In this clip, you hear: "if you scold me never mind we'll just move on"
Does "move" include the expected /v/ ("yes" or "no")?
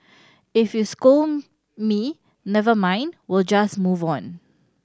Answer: yes